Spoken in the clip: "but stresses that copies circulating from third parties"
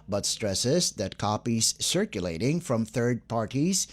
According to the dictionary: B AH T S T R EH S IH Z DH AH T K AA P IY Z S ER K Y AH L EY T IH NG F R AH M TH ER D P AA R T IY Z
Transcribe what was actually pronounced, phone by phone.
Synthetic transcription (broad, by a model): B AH T S T R EH S IH Z DH AH T K AA P IY Z S ER K Y AH L EY T IH NG F R AH M TH ER D P AA R T IY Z